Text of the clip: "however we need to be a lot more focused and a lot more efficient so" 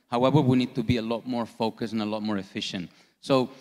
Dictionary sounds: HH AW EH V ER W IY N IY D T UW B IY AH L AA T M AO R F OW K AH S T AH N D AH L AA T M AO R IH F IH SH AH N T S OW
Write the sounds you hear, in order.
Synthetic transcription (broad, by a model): HH AW EH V ER W IY N IY D T UW B IY AH L AA T M AO R F OW K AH S AH N AH L AA T M AO R IH F IH SH AH N T S OW